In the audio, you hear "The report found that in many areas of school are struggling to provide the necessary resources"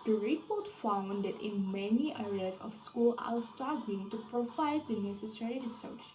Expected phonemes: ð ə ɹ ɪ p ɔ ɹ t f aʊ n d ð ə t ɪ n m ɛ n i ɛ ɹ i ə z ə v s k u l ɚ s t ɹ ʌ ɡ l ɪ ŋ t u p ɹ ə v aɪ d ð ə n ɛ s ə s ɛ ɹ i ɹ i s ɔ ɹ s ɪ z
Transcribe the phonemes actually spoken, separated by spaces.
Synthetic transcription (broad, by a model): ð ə ɹ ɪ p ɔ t f aʊ n d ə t ɪ n m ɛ n i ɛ ɹ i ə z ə f s k u l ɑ s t ɑ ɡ ɪ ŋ t u p ɹ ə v aɪ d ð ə n ɛ s ə s ɛ ɹ i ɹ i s s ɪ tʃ